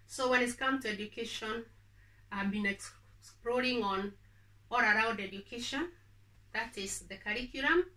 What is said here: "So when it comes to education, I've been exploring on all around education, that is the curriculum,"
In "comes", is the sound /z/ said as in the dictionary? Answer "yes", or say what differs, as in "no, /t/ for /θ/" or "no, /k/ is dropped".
no, /z/ is dropped